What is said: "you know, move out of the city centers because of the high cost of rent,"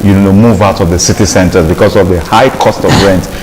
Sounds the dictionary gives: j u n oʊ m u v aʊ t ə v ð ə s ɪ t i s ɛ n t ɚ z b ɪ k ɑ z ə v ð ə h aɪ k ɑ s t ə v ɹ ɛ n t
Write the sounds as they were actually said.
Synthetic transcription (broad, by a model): j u n oʊ m u v aʊ t ə v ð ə s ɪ t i s ɛ n t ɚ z b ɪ k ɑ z ə v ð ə h aɪ k ɑ s t ə v ɹ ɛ n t